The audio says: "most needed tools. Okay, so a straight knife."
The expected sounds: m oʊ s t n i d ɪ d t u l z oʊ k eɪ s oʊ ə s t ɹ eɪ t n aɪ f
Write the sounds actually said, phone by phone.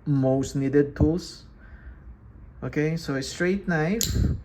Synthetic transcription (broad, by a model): m oʊ s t n i d ɪ d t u l s oʊ k eɪ s oʊ ə s t ɹ eɪ t n aɪ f